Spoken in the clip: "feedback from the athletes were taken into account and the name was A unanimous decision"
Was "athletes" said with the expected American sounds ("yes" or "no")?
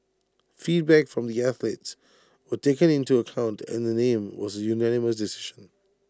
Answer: yes